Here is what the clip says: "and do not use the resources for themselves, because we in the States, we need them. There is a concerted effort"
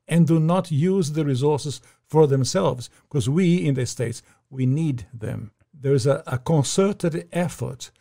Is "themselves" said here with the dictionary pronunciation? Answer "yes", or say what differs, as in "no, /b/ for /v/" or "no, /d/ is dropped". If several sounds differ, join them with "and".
yes